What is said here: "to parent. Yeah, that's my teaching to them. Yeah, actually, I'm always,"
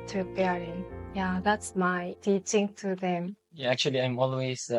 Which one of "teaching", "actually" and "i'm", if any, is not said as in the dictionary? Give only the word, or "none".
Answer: none